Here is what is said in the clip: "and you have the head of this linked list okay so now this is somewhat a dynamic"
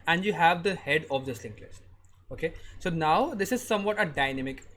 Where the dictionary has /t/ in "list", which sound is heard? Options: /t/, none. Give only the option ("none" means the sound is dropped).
none